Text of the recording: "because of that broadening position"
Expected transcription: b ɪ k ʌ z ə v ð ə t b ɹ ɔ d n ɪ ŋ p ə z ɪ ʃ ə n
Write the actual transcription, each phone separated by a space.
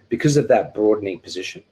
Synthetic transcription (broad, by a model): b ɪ k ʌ z ə v ð ə t b ɹ ɔ d n ɪ ŋ p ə z ɪ ʃ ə n